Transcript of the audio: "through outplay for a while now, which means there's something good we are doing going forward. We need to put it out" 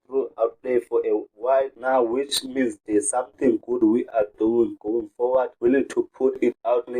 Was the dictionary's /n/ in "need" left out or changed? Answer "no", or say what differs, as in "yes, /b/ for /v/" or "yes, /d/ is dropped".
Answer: yes, /l/ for /n/